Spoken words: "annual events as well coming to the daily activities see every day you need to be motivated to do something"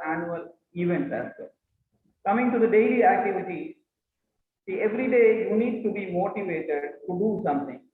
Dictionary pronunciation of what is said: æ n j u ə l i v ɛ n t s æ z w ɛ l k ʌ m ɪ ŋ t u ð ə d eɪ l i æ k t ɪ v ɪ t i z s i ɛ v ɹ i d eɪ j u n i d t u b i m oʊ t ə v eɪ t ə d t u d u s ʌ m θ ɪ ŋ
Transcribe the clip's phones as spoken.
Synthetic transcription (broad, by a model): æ n j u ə l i v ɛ n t æ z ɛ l k ʌ m ɪ ŋ t u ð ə d eɪ l i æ k t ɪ v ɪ t i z s i ɛ v ɹ i d eɪ j u n i d t u b i m oʊ t ə v eɪ t ə d t u d u s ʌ m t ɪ ŋ